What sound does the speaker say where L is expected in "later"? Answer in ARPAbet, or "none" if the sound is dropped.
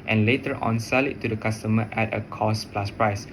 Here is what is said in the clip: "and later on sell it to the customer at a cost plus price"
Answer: L